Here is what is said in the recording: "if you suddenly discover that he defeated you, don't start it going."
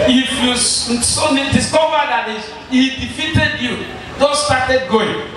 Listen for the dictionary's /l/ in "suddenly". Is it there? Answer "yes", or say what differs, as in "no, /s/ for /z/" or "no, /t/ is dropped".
no, /l/ is dropped